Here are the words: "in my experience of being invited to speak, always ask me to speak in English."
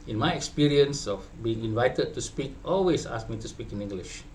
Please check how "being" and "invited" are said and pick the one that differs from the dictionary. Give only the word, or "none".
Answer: none